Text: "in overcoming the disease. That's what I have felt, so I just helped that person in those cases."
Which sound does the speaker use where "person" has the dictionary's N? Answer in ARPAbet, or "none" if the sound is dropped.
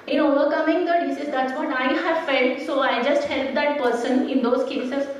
N